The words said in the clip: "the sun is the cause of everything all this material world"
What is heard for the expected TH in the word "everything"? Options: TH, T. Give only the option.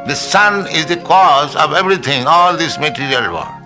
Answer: T